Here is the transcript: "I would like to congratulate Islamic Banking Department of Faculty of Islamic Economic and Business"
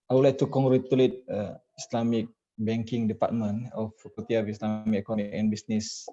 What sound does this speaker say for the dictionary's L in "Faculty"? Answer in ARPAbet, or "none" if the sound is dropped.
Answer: none